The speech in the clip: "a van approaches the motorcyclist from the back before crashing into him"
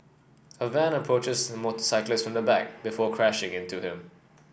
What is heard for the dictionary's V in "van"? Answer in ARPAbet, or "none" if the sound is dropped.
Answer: V